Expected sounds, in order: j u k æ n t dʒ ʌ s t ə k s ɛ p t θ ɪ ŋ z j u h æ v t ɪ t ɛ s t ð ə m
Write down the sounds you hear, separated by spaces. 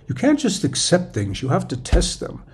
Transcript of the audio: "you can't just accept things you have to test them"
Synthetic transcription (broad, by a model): j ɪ k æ n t dʒ ʌ s t ə k s ɛ p t θ ɪ ŋ z j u h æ f t ɪ t ɛ s t ð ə m